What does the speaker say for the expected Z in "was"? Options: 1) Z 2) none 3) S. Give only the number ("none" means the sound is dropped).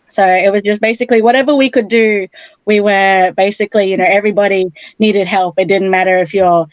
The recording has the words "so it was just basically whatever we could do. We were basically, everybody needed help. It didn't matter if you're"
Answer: 1